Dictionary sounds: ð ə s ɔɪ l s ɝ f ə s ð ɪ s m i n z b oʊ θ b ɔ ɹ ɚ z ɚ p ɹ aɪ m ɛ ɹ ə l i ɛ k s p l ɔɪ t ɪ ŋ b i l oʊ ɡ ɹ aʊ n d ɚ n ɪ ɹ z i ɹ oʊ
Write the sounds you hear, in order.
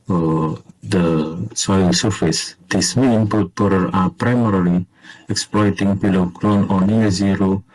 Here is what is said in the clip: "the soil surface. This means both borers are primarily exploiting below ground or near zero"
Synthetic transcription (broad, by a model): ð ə s ɔɪ l s ɝ f ə s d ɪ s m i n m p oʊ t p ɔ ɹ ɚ ɑ p ɹ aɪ m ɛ ɹ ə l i ɛ k s p l ɔɪ t ɪ ŋ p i l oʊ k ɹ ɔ n ɔ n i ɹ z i ɹ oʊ